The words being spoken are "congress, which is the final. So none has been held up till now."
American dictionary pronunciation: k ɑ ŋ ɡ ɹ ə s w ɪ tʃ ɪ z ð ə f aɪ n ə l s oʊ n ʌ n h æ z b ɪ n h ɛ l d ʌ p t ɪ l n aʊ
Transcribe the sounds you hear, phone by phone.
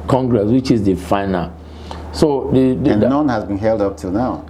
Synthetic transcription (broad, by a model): k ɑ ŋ ɡ ɹ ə s w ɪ tʃ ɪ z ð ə f aɪ n ə l s oʊ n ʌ n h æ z b ɪ n h ɛ l d ʌ p t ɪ l n aʊ